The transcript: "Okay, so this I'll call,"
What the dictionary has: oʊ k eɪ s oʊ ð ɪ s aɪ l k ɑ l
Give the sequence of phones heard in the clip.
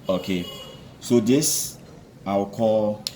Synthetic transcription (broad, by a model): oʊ k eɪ s oʊ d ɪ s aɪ w k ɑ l